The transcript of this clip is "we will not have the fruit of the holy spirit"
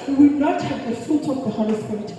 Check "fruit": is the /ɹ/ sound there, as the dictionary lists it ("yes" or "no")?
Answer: no